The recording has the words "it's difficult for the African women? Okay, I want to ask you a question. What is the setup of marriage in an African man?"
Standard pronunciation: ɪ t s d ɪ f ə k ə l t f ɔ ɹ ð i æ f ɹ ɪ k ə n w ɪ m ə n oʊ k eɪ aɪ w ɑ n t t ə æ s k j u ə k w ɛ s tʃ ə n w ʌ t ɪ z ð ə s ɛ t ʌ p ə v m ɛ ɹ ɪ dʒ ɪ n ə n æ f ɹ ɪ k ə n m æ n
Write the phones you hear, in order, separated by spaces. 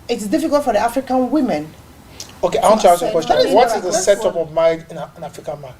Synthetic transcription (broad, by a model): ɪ t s d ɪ f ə k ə l t f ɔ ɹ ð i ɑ f ɹ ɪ k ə n w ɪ m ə n oʊ k eɪ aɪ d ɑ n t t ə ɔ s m ə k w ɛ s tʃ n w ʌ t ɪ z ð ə s ɛ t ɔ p ə v m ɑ ɪ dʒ ɪ n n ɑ f ɹ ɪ k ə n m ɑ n